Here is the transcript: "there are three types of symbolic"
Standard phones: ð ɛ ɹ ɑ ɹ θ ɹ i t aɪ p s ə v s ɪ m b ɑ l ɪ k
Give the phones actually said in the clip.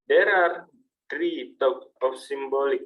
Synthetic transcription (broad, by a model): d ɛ ɹ ɑ ɹ t ɹ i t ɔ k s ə f s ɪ m b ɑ l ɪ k